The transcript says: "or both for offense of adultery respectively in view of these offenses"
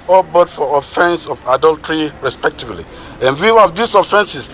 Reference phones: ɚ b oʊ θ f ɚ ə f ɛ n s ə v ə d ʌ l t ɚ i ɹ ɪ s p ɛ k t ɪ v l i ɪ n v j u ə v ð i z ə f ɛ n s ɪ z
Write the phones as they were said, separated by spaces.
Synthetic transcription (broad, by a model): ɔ b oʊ t f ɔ ə f ɛ n s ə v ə d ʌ l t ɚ i ɹ ɪ s p ɛ k t ɪ v l i ɪ n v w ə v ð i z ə f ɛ n s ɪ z